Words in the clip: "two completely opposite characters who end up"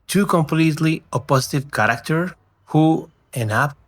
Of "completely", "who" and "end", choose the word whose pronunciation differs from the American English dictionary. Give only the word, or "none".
end